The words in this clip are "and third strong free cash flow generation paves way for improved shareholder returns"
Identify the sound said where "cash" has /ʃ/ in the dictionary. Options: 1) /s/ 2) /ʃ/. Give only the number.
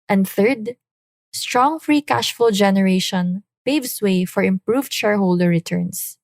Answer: 2